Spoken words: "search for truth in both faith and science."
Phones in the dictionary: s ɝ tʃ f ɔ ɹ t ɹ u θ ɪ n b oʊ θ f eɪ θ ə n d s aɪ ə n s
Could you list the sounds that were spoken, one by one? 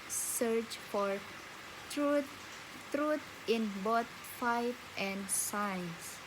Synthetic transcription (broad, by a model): s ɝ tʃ f ɔ ɹ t ɹ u t ɪ n b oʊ t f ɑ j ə n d s aɪ n s